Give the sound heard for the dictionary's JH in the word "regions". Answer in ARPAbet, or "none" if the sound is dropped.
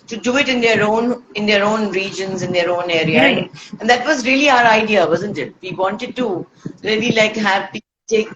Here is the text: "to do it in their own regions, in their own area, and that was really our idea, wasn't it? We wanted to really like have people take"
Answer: JH